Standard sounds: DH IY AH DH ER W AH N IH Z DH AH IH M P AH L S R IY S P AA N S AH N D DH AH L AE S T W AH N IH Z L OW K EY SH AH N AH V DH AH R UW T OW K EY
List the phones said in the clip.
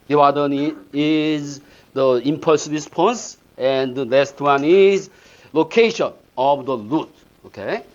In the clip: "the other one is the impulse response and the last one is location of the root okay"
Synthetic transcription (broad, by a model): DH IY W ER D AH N IH Z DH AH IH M P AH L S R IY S P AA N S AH N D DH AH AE S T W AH N IH Z L OW K EY SH AH N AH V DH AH L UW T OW K EY